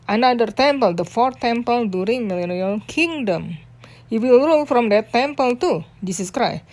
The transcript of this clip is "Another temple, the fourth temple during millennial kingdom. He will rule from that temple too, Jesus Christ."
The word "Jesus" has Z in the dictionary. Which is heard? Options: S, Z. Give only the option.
S